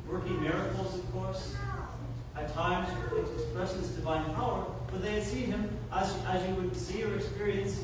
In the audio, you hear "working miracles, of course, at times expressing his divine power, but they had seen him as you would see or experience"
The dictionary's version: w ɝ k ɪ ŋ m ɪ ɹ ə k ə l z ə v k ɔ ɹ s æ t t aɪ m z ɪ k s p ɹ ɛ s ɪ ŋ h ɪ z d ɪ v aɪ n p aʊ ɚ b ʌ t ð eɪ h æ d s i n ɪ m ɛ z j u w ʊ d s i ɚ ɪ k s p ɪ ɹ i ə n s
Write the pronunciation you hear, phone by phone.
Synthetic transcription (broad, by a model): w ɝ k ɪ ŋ m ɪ ɹ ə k l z ə v k ɔ ɹ s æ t t aɪ m z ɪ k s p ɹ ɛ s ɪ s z d ɪ v aɪ n p aʊ ɚ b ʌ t ð eɪ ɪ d s i n ɪ m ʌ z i w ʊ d s i ɚ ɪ k s p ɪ ɹ i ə n s